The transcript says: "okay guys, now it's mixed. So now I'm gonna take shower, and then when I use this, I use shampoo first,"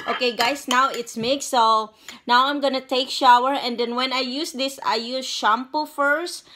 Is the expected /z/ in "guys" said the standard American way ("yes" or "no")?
no